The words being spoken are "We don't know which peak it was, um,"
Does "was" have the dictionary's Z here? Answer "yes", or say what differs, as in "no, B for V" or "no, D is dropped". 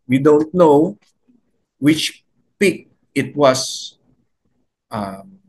no, S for Z